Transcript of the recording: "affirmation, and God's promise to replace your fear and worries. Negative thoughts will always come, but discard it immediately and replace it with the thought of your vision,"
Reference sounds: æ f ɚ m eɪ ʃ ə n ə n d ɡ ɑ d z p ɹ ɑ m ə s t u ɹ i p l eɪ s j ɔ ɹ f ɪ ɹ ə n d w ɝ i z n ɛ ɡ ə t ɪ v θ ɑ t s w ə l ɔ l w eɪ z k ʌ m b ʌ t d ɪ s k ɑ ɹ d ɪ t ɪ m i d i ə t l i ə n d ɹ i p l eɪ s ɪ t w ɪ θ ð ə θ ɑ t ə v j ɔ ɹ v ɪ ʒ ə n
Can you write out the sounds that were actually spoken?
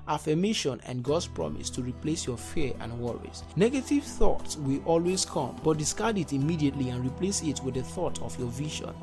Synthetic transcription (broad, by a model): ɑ f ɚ m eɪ ʃ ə n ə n ɡ ɑ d s p ɹ ɑ m ə s t u ɹ i p l eɪ s j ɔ f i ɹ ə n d w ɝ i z n ɛ ɡ ə t ɪ v θ ɑ t s w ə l ɔ l w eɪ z k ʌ m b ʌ t d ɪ s k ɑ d ɪ t ɪ m i d i ə t l i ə n ɹ i p l eɪ s ɪ t w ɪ ð ə θ ɑ t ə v j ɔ v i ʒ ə n